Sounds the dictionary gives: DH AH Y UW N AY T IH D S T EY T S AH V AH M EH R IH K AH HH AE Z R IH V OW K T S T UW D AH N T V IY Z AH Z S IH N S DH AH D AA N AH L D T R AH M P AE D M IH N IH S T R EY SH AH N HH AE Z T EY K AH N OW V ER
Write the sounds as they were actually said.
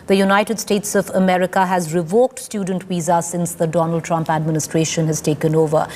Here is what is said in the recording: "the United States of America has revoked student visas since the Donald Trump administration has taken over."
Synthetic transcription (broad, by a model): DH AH Y UW N AY T IH D S T EY T S AH V AH M EH R IH K AH HH AE Z R IH V OW K T S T UW D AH N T W IY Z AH S IH N S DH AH D AA N AH L D T R AH M P AE D M IH N IH S T R EY SH AH N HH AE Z T EY K AH N OW V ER